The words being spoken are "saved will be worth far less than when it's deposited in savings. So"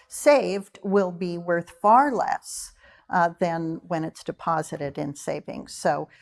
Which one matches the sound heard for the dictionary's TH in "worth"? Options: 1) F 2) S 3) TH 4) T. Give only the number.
3